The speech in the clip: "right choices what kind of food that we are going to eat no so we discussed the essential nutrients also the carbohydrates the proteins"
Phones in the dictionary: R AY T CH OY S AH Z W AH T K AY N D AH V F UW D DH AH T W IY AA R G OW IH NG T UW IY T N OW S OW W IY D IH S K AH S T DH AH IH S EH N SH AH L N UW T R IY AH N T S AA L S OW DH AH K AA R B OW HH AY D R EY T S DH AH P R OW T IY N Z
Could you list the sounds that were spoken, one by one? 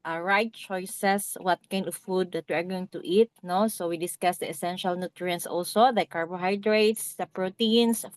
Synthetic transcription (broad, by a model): R AY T CH OY S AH S W AH T K AY N D AH V F UW D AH T W IY AA R G OW IH NG T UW IY T N OW S OW W IY D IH S K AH S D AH IH S EH N SH AH L N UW T R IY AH N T S AA L S OW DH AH K AA R B OW HH AY D R EY T S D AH P R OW T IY N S